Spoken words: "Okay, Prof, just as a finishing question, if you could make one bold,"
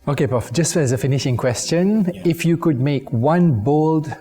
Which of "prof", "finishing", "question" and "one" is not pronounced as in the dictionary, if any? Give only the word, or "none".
prof